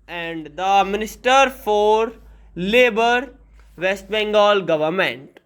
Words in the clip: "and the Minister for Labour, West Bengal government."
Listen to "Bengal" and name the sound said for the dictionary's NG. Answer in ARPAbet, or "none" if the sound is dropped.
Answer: NG